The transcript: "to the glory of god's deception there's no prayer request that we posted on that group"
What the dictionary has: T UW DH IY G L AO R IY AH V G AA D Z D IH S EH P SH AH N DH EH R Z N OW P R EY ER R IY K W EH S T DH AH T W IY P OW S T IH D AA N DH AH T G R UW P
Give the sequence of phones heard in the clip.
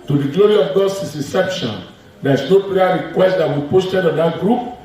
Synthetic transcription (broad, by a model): T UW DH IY G L AO R IY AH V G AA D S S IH S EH P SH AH N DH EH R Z N OW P L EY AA R IY K W EH S T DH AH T W IY P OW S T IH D AA N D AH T G R UW P